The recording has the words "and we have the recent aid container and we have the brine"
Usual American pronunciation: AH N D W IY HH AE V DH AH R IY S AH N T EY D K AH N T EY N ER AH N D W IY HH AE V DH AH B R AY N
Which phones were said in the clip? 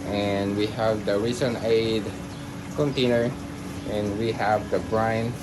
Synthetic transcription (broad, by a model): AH N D W IY HH AE V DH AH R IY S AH N EY D K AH N T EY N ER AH N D W IY HH AE V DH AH B R AY N